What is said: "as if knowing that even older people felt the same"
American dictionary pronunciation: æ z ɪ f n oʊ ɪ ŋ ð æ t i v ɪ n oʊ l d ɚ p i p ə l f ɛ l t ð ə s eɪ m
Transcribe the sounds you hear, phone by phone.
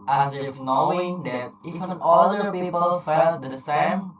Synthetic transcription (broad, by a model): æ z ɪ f n oʊ ɪ ŋ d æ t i f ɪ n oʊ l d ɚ p i p ə l f ɛ l t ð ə s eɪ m